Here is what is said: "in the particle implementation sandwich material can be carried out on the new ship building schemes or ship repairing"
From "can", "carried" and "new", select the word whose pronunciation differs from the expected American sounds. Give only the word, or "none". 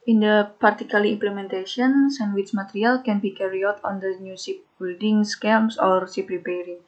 carried